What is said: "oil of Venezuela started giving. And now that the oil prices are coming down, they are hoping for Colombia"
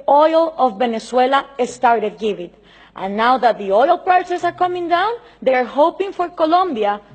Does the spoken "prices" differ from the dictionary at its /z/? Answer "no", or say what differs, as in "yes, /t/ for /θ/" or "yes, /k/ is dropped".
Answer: yes, /s/ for /z/